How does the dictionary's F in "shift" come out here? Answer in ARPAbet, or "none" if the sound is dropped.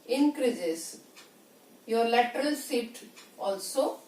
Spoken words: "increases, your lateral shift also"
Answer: none